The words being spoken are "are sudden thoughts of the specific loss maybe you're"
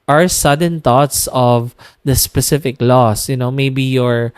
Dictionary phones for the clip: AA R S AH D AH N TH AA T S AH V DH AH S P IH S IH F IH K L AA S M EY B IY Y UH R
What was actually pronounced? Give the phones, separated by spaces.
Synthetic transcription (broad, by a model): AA R S AH D AH N T AA T S AH V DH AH S P IH S IH F IH K L AA S M EY B IY Y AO R